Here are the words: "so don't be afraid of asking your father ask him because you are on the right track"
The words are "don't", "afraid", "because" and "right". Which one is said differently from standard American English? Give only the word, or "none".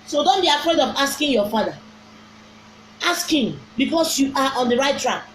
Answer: because